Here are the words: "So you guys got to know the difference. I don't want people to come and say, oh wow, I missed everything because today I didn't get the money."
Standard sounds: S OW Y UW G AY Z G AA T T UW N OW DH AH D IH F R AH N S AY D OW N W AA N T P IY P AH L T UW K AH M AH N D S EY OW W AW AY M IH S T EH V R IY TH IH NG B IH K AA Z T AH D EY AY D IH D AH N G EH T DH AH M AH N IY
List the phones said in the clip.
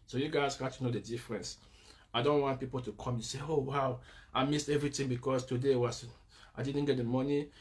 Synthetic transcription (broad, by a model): S OW Y UW G AY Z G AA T T UW N OW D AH D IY F R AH N S AY D OW N W AA N T P IY P AH L T UW K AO M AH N S EY OW W AW AY M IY S T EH V R IY T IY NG B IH K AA S T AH D EY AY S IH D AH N G EH T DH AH M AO N IY